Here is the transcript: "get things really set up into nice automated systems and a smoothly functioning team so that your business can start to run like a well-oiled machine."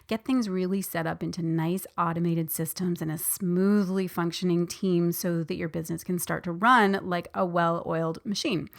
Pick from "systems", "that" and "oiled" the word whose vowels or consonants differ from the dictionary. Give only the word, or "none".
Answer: none